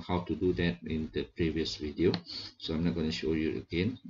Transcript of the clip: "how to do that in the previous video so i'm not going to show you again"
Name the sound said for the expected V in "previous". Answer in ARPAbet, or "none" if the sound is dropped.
V